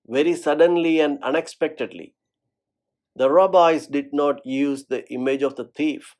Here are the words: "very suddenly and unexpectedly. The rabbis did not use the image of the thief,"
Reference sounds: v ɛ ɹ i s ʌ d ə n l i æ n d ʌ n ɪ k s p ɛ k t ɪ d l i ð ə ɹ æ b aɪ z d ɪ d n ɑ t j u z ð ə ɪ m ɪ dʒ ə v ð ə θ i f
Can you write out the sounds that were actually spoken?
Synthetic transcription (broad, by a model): v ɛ ɹ i s ʌ d ə n l i æ n d ʌ n ɪ k s p ɛ k t ɪ d l i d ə ɹ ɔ b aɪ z d ɪ d n ɑ t j u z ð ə ɪ m ɪ dʒ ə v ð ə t i f